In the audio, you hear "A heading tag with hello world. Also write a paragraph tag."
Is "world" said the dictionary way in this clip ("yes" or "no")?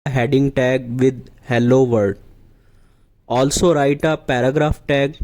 no